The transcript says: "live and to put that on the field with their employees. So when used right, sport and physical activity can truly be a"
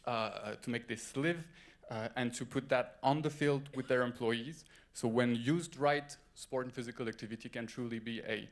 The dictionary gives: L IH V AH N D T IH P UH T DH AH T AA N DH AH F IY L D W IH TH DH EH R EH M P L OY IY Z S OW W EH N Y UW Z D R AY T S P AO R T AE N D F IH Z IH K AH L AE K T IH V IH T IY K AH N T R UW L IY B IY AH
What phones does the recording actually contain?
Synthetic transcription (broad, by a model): L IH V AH N T IH P UH T DH AH T N DH AH F IY L D W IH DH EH R EH M P L OY IY Z S OW W EH N Y UW Z D R AY T S P AO R T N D F IH Z IH K AH L AE K T IH V IH T IY K AH N T R UW L IY B IY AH